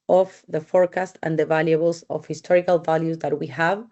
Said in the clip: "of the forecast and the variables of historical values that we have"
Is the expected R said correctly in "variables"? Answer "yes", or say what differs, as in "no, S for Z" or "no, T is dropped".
no, L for R